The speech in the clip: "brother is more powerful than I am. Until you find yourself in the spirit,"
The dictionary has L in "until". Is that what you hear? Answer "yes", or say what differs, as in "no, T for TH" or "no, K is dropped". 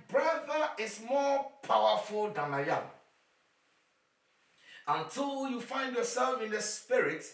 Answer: yes